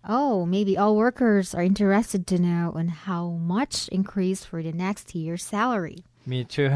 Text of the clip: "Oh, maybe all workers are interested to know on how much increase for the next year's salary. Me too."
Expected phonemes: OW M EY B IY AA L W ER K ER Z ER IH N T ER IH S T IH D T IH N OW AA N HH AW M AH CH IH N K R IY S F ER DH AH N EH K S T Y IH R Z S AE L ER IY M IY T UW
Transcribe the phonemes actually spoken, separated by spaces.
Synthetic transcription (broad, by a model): OW M EY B IY AA L W ER K ER Z ER IH N T ER IH S T IH D T IH N OW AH N HH AW M AH CH IH N K R IY S F ER DH AH N EH K S T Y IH R S AE L ER IY M IY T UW